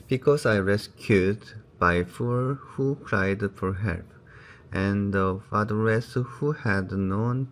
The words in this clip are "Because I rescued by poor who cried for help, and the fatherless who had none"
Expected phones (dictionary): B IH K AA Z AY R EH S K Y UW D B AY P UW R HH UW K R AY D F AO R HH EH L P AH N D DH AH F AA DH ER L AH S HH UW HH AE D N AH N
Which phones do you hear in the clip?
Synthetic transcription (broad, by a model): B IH K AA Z AY R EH S K Y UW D B AY F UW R HH UW K R AY D F AO R HH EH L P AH N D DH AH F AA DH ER AH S HH UW HH AE D N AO N